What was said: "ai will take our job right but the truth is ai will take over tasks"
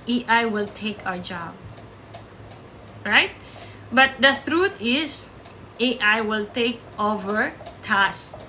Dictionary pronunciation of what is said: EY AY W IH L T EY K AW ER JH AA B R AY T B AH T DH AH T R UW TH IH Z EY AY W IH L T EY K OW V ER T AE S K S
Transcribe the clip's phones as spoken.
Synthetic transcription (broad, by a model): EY AY W IH L T EY K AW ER JH AA B R AY T B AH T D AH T R UW T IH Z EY AY W IH L T EY K OW V ER T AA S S